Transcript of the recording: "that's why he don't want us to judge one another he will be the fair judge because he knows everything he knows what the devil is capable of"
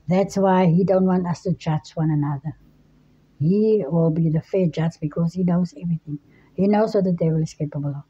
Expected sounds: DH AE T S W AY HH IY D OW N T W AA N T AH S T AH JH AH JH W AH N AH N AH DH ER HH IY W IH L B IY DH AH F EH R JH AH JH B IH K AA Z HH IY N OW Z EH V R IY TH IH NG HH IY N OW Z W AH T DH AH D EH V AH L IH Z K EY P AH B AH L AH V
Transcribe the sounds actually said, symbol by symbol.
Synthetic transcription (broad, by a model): DH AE T S W AY HH IY D OW N T W AA N T AH S T AH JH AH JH W AH N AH N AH DH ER HH IY W IH L B IY DH AH F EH JH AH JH B IH K AA Z HH IY N OW Z EH V R IY TH IH NG HH IY N OW Z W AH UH DH AH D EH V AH L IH S K EY P AH B AH L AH